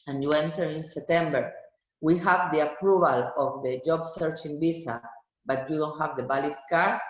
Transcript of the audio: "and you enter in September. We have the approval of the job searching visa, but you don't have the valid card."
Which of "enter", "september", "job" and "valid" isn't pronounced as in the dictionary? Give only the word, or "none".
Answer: valid